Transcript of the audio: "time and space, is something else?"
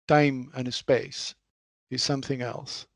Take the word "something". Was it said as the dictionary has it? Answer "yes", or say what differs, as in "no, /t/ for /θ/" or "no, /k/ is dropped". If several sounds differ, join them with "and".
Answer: yes